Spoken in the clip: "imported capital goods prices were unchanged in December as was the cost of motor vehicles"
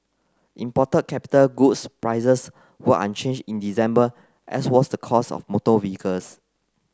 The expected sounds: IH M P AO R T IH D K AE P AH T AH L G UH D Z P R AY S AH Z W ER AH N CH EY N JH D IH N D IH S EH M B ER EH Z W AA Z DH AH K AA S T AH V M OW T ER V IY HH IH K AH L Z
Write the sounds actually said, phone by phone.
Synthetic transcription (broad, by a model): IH M P AO T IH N K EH P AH T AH L G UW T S P R AY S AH S W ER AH N CH EY N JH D IH N D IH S EH M B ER EH S W AA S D AH K AA S AH F M OW T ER V IY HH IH K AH L S